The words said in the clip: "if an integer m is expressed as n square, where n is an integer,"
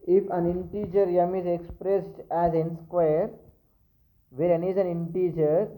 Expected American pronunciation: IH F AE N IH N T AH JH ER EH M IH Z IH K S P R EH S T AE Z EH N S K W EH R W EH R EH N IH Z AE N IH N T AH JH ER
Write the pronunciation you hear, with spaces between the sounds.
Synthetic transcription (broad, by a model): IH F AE N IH N T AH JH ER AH M IH Z IH K S P R EH S T AE Z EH N S K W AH R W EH R EH N IH Z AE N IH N T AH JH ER